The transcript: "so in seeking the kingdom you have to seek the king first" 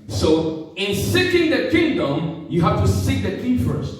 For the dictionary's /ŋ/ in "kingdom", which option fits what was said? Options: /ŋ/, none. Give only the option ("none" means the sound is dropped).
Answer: /ŋ/